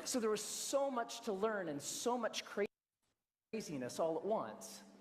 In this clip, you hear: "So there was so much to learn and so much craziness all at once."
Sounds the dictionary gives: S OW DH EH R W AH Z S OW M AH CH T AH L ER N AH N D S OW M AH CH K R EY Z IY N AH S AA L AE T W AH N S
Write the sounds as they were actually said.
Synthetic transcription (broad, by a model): S OW DH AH R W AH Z S OW M AH CH T AH L ER N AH N S OW M AH CH K R EY Z IY N AH S AA L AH T W AH N S